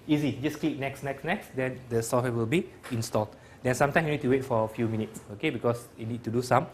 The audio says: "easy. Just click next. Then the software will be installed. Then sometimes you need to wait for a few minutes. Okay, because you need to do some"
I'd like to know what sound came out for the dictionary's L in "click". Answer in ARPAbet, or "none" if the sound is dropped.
N